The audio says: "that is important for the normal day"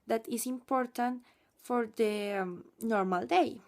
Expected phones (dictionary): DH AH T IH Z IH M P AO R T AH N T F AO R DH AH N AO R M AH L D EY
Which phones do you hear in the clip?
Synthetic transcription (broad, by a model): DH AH T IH S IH M P AO R T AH N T F AO R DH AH N AO R M AH L D EY